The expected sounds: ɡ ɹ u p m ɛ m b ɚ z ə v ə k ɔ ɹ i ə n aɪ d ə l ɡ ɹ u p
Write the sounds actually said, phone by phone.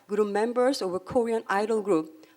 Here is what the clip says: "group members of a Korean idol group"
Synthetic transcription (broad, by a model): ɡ ɹ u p m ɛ m b ɚ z ə v ə k ɔ ɹ i ə n aɪ d ə l ɡ ɹ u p